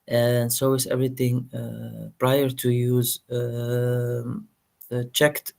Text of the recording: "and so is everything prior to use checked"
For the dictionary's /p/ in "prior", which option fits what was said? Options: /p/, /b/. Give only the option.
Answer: /p/